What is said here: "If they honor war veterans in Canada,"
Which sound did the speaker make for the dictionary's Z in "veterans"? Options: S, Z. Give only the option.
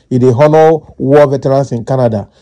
S